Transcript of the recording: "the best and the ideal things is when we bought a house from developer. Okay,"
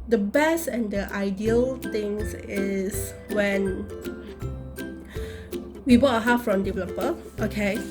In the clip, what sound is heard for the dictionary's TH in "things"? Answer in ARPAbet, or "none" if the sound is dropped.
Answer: T